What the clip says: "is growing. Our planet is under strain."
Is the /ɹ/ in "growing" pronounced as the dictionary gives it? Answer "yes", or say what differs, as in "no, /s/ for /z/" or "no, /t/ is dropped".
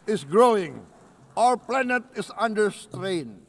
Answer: yes